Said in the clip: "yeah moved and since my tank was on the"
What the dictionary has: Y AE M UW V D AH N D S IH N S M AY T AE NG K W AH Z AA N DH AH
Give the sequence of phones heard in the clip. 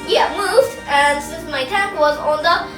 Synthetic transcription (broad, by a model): Y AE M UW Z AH N S IH N S M AY T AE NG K W AH Z AA N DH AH